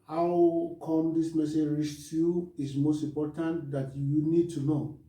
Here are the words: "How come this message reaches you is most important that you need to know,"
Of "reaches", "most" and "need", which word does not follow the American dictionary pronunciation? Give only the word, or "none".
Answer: reaches